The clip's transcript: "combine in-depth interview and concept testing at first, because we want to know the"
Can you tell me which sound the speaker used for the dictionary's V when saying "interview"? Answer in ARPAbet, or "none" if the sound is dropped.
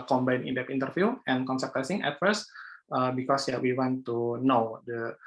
F